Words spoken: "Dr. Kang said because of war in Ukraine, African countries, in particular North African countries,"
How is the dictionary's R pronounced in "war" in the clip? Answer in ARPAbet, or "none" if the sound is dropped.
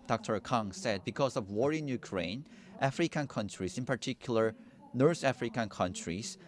R